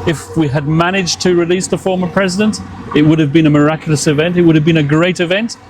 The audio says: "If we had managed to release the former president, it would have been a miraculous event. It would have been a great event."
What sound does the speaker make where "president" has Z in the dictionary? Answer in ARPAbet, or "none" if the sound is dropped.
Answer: Z